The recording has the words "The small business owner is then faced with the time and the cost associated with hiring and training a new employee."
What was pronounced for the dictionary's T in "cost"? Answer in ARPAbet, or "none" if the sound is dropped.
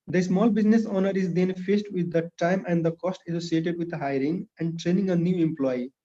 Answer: T